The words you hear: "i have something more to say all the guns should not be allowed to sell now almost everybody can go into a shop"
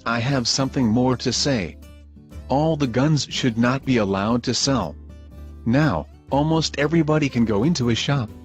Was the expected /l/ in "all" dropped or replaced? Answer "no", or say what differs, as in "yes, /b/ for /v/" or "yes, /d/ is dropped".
no